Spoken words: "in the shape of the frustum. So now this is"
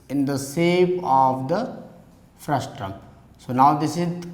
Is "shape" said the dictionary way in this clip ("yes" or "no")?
no